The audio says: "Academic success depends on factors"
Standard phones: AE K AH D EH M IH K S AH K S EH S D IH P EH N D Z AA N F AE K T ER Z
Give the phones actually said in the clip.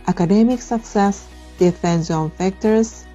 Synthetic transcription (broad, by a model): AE K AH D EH M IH K S AH K S EH S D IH F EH N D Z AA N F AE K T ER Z